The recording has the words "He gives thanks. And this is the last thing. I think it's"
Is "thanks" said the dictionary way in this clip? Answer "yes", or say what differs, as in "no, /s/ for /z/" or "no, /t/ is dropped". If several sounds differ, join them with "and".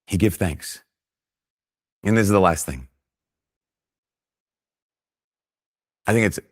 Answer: yes